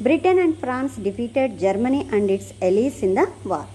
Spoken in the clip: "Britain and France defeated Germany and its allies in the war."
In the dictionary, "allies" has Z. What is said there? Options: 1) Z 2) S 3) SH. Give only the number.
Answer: 2